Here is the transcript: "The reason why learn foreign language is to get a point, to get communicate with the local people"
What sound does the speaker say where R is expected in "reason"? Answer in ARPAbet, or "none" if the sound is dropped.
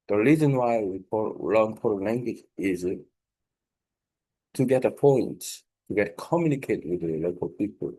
R